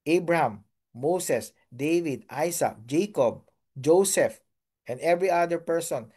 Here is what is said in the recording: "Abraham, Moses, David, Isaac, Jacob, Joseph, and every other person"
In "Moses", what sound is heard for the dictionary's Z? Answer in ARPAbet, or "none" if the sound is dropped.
S